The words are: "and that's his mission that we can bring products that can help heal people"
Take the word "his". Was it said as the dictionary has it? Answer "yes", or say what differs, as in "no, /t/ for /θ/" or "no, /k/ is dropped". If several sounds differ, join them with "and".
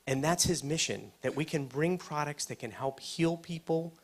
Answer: yes